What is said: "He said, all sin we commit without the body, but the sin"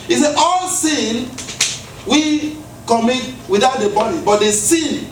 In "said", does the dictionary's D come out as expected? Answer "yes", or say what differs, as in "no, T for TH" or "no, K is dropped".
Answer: no, D is dropped